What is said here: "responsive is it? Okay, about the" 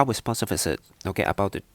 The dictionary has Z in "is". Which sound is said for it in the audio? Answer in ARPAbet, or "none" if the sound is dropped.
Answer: S